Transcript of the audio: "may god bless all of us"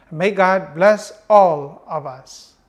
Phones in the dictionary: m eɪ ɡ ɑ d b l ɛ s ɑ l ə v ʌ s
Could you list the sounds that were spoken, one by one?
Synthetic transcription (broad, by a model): m eɪ ɡ ɑ d b l ɛ s ɑ l ə v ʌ s